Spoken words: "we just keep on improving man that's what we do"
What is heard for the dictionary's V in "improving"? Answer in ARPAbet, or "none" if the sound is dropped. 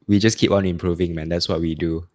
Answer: V